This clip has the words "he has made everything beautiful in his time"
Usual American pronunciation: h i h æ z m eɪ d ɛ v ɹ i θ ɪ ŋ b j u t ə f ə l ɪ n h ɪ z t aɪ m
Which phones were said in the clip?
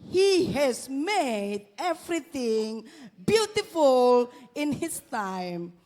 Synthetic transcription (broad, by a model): h i h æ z m eɪ d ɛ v ɹ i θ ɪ ŋ b j u t ə f ə l ɪ n h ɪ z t aɪ m